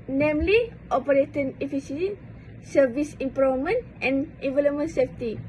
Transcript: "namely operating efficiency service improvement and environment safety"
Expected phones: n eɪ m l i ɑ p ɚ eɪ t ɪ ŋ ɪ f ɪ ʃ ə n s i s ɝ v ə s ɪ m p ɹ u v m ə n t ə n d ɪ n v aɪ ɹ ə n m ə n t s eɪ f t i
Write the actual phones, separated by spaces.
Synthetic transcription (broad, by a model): n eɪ m l i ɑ p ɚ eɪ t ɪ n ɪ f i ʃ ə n s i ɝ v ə s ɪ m p ɹ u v m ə n t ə n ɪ v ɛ l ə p m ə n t s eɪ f t i